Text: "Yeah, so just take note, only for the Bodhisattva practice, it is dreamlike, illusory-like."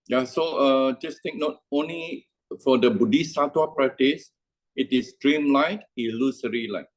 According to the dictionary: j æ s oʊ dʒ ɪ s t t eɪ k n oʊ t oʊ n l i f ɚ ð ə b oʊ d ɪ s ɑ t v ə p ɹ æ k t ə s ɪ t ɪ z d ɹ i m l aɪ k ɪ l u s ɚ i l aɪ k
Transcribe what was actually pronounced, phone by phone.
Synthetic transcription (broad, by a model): j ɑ s oʊ dʒ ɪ s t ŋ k n oʊ t oʊ n l i f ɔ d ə b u d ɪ s ɑ t w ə p ɹ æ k t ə s ɪ t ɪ s d ɹ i m l aɪ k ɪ l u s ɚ i l aɪ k